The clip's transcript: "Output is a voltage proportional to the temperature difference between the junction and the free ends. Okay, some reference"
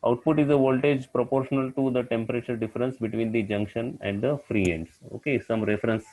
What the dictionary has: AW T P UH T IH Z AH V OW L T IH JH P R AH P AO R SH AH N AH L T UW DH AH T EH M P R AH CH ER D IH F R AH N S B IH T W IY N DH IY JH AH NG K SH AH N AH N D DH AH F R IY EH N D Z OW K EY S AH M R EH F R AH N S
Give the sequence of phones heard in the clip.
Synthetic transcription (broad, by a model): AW T P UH T IH Z AH V OW L T IH JH P R AH P AO R SH AH N AH L T UW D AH T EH M P R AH CH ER D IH F R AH N S B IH T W IY N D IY JH AH NG K SH AH N AH N D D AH F R IY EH N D S OW K EY S AH M R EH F R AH N S